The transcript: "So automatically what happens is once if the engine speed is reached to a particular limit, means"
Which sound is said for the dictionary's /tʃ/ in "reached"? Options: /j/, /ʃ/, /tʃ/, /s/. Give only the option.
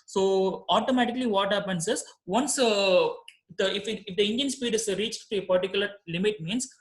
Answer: /tʃ/